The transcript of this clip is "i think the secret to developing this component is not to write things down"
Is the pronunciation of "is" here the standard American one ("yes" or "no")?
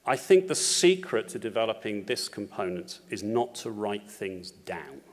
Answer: yes